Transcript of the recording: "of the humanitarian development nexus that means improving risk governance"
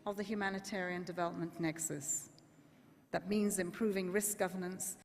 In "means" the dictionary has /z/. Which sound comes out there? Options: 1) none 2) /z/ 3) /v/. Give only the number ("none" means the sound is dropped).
2